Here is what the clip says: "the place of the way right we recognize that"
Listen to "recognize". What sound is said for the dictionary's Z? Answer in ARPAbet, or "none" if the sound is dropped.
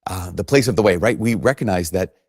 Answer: Z